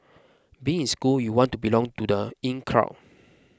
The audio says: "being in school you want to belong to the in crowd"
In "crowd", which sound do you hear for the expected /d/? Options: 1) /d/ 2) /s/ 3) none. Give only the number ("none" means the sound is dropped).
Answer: 3